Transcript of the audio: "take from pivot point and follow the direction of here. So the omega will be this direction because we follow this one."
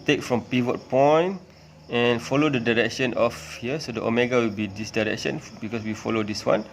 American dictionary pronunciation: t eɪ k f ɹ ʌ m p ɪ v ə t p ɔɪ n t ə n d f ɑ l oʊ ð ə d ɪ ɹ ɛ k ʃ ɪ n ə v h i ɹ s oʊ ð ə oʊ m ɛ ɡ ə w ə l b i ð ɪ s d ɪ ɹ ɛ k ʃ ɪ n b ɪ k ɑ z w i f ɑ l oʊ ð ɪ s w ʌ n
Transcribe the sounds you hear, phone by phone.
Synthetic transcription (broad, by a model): t eɪ k f ɹ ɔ m p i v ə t p ɔɪ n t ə n f ɑ l oʊ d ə d ɪ ɹ ɛ k ʃ ɪ n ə f h i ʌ s oʊ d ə oʊ m ɛ ɡ ə w ə l b i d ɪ s d ɪ ɹ ɛ k ʃ ɪ n b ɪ k ɑ s w i f ɑ l oʊ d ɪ s w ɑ n